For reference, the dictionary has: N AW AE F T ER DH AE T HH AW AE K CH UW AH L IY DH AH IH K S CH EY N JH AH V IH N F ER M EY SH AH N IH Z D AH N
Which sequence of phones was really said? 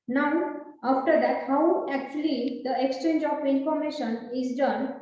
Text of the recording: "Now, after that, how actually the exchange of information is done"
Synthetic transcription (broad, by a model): N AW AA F T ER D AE T HH AW AE K CH UW AH L IY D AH IH K S CH EY N JH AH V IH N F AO M EY SH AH N IH Z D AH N